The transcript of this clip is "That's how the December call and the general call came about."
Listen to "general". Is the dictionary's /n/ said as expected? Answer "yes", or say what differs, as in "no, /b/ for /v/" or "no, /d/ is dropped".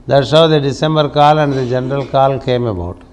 yes